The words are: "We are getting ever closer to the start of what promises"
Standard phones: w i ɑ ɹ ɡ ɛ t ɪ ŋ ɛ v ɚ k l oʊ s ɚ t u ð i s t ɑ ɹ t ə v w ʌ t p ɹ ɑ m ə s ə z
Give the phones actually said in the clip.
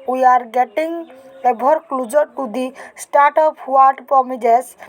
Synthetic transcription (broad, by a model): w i ɑ ɹ ɡ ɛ t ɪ ŋ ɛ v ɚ k l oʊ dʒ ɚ t u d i s t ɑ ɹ t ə p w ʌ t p ɹ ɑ m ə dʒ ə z